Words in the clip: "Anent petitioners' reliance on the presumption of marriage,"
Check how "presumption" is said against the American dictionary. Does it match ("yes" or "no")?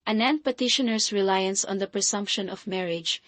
no